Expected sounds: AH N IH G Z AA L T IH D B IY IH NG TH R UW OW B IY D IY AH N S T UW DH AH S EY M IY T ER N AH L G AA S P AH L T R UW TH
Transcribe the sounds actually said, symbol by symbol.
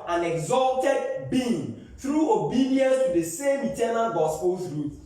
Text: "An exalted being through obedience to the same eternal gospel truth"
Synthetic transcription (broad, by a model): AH N IH G Z AA L T IH D B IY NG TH R UW OW B IY D IY AH N S T UW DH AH S EY M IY T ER N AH L G AA S P AH L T R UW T